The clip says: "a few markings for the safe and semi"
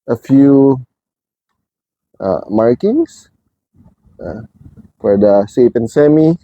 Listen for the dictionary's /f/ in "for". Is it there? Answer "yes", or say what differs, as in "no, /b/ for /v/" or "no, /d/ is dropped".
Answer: yes